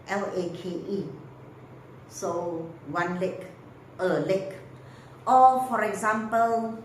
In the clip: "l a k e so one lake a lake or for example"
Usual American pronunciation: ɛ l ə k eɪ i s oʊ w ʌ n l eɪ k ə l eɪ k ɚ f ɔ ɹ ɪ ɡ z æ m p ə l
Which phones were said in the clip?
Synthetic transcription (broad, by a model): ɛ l ə k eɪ i s oʊ w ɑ n l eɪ k ə l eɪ k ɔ f ɔ ɹ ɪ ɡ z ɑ m p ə l